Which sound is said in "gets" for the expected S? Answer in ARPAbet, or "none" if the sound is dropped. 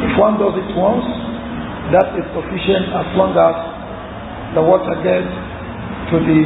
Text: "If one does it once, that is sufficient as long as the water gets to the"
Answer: none